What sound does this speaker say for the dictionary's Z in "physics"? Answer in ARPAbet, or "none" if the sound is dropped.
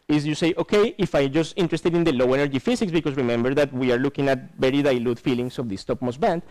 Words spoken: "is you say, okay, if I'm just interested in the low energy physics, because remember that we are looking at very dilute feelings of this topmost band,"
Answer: S